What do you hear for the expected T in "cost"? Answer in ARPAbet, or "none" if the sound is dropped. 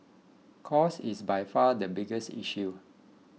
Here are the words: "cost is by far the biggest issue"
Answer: none